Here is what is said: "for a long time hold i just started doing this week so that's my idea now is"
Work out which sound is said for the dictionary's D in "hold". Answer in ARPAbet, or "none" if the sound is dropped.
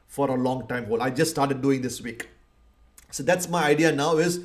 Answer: none